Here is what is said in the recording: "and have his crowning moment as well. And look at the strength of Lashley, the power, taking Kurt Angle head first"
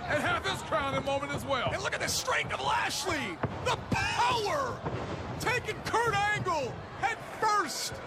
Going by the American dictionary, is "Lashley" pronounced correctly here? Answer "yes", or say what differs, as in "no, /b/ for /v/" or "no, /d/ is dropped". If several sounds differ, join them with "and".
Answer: yes